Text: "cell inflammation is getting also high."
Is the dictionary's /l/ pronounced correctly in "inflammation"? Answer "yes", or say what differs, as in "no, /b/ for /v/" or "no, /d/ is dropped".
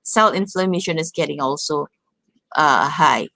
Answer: yes